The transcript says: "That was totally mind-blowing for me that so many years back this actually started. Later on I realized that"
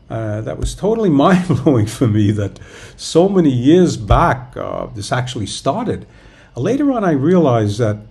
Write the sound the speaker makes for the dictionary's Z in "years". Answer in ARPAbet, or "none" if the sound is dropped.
Z